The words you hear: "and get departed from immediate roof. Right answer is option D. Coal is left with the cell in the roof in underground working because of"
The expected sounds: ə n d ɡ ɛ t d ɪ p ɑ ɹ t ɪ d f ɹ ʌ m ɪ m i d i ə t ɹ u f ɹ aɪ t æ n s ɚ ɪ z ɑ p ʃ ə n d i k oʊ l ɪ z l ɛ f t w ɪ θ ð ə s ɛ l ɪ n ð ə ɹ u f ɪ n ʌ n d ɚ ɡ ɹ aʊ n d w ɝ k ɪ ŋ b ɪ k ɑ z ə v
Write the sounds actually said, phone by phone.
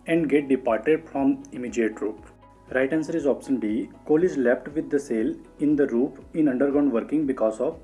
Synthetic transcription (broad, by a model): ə n d ɡ ɛ t d ɪ p ɑ ɹ t ɪ d f ɹ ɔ m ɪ m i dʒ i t ɹ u p ɹ aɪ t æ n s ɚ ɪ z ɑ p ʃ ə n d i k oʊ l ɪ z l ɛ p t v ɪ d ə s ɛ l ɪ n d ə ɹ u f ɪ n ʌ n d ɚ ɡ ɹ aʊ n d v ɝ k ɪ ŋ b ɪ k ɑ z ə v